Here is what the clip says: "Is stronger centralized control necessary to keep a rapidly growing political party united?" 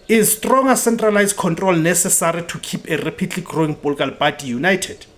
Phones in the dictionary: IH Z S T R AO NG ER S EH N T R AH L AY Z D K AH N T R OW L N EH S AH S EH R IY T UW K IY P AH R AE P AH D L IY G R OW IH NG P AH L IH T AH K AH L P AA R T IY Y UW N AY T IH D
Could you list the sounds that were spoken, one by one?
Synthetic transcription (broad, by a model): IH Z S T R AO NG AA S EH N T R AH L AY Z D K AH N T R OW L N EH S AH S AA R IY T UW K IY P AH R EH P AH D L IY G R OW IH NG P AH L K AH L B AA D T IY Y UW N AY T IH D